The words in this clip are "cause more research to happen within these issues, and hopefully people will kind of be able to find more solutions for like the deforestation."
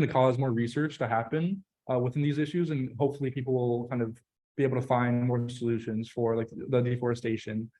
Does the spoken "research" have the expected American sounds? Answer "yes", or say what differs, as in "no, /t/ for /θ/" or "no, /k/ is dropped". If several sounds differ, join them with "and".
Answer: yes